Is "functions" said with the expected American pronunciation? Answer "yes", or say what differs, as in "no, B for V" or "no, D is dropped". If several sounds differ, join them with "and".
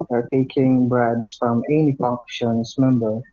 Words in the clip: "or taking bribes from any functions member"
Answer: no, P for F and NG is dropped and S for Z